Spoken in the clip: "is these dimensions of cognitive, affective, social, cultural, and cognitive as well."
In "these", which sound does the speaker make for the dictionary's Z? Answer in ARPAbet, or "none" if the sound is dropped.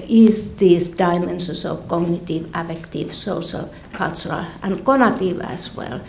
S